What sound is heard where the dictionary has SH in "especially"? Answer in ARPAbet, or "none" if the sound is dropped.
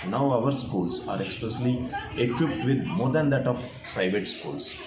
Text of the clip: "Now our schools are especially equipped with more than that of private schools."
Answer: S